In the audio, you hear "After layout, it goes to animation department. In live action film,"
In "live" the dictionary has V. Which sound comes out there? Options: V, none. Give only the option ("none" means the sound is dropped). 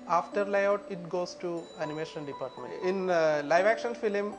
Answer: V